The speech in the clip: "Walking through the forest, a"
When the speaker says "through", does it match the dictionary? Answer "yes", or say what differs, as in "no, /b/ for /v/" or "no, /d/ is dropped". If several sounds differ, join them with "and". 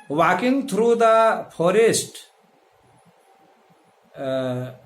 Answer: no, /t/ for /θ/